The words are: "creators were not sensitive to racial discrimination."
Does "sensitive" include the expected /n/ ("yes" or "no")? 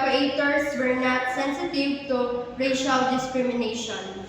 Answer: yes